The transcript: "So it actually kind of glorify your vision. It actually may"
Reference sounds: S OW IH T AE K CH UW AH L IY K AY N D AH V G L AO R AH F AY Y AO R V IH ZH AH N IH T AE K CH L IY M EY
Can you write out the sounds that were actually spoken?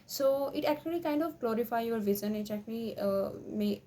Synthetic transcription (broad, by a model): S OW IH T AE K CH UW AH L IY K AY N D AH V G L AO R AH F AY Y AO R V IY Z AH N IH T AE K CH L IY M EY